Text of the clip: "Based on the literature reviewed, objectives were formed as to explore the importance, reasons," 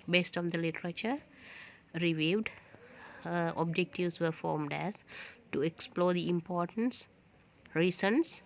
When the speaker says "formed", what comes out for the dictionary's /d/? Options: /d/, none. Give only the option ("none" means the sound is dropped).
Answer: /d/